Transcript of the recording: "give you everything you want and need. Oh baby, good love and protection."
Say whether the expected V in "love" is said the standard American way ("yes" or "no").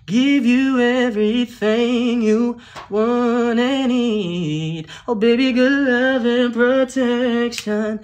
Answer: yes